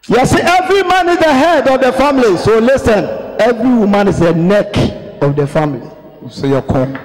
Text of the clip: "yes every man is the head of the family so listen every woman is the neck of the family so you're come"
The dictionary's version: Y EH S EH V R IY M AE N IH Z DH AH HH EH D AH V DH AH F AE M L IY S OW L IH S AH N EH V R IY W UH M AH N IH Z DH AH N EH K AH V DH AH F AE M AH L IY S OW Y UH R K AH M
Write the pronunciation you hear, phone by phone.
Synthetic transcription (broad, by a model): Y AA S EH V R IY M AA N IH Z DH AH HH EH D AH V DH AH F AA M L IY S OW L IH S AH N EH V R IY W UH M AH N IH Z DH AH N EH K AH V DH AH F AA M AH L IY S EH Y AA K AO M